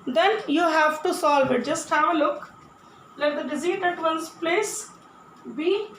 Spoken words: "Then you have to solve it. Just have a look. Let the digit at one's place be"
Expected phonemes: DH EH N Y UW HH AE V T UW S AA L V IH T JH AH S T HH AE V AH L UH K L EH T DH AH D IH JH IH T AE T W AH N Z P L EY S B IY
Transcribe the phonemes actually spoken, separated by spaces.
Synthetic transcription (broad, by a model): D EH N Y UW HH AE V T UW S AA L V IH T JH AH S T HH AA AH L UH K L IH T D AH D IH Z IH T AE T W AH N S P L EY S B IY